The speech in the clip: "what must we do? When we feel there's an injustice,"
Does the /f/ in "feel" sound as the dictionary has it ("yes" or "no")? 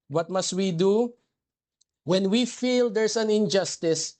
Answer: yes